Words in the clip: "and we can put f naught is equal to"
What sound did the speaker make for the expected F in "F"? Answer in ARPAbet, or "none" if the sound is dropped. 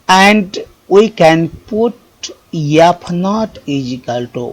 P